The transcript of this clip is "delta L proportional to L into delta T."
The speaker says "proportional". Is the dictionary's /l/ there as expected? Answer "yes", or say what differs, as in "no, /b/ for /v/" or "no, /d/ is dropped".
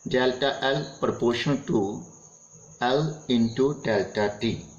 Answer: no, /n/ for /l/